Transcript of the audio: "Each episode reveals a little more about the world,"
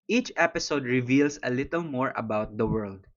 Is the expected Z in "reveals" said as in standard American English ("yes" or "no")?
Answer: no